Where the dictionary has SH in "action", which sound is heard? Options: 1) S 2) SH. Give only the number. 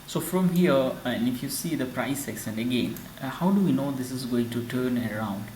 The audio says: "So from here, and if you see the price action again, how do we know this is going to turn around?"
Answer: 1